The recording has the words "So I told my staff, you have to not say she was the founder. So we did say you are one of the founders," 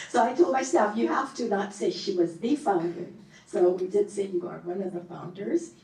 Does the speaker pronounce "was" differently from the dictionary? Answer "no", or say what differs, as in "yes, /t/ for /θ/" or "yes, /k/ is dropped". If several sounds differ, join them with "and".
no